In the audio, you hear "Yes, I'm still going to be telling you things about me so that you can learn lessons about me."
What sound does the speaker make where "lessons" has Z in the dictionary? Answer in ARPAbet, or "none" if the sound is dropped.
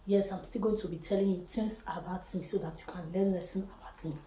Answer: none